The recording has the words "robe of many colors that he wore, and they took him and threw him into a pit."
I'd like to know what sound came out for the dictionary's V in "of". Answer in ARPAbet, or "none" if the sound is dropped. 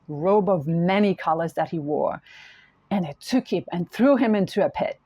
V